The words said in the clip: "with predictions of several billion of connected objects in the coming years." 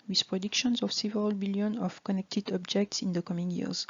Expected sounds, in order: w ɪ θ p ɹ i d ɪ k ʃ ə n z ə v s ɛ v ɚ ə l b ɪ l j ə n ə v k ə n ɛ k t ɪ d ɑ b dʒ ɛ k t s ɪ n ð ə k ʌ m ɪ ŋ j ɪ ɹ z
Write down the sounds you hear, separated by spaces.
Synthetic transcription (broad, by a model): w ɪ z p ɹ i d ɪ k ʃ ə n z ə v s ɛ v ɚ ə l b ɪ l j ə n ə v k ə n ɛ k t ɪ d ɑ b dʒ ɛ k t s ɪ n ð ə k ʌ m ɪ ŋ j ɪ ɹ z